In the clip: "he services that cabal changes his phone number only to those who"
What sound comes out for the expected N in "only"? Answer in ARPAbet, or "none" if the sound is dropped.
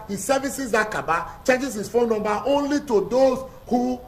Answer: N